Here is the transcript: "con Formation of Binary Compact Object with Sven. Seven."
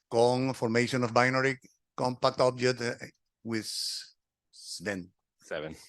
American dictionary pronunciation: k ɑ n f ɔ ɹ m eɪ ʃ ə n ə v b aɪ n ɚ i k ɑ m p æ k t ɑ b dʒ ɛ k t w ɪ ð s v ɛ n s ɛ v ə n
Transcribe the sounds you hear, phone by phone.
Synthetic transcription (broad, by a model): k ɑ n f ɔ ɹ m eɪ ʃ ə n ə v b aɪ n ɚ i k ɑ m p æ k t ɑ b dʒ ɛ t w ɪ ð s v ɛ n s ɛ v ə n